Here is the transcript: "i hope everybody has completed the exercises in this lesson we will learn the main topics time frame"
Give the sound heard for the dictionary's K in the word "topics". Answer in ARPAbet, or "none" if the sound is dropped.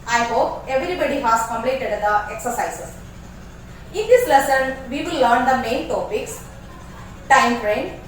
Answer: K